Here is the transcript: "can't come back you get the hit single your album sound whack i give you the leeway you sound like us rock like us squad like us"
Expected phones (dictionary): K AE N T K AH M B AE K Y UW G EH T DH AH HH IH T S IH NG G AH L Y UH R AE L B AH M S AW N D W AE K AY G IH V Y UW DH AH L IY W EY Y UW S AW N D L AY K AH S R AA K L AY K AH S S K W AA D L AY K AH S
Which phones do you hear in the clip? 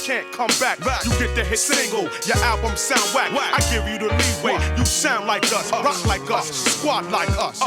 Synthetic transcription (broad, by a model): K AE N K AH M B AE K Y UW G EH T DH AH HH IH T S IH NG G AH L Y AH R AE L B AH M S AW N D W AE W AY G IH V Y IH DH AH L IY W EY Y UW S AW N D L AY K AH S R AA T L AY K AH S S K W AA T L AY K AH S